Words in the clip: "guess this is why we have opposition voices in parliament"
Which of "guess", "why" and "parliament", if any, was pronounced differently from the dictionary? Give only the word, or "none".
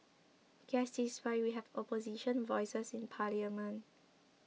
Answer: parliament